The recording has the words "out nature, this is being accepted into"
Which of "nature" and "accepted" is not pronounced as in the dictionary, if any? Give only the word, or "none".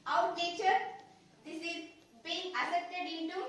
accepted